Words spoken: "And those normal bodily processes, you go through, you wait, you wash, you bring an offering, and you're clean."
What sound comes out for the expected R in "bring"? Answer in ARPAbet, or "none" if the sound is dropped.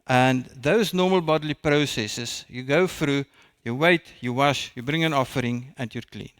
R